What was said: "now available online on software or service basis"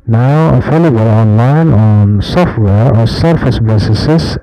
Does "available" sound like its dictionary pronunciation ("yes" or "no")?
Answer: no